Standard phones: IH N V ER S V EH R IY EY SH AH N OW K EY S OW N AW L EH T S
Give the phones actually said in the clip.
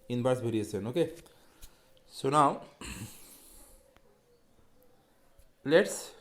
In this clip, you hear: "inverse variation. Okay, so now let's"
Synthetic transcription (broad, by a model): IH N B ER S B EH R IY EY S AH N OW K EY S OW N AW L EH T S